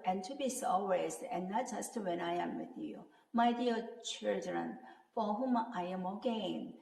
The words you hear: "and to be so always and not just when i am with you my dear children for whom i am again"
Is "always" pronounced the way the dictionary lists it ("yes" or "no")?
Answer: no